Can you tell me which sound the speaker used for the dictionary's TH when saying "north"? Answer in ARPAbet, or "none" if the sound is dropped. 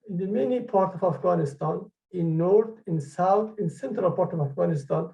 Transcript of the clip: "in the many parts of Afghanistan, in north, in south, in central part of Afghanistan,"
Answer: T